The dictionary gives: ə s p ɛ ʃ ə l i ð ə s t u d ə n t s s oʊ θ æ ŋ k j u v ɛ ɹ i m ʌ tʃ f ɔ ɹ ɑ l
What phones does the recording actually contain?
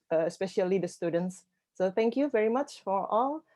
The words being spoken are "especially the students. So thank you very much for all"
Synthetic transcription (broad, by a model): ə s p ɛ ʃ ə l i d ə s t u d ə n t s s oʊ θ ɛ ŋ k j u v ɛ ɹ i m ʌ tʃ f ɔ ɹ ɑ l